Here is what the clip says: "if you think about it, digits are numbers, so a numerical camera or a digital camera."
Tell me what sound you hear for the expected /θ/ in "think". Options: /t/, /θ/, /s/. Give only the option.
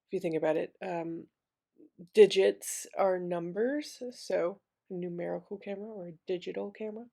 /θ/